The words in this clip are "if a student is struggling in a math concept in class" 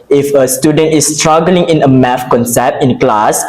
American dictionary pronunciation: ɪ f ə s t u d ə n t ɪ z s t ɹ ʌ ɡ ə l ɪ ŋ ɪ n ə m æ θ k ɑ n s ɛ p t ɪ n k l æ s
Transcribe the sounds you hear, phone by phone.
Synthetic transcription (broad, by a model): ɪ f ə s t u d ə n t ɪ s t ɹ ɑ ɡ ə l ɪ ŋ ɪ n ə m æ f k ɑ n s ɛ p t ɪ n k l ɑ s